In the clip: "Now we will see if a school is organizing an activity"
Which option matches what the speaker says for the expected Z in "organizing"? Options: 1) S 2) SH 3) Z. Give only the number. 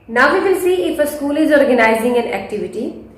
3